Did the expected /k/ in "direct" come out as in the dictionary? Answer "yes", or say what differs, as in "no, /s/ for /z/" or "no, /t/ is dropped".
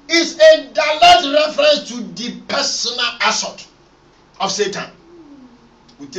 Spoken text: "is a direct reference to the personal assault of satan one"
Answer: no, /k/ is dropped